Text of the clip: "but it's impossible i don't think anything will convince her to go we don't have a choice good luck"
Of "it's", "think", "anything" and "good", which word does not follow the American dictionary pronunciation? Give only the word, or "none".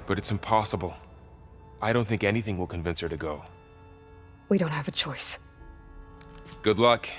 none